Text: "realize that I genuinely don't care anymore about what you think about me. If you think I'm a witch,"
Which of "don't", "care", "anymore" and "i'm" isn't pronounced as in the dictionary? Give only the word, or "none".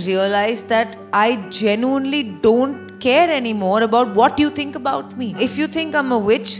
none